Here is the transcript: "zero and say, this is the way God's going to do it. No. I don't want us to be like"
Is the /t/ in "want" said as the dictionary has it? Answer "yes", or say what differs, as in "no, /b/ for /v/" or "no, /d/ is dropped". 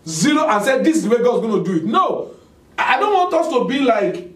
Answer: yes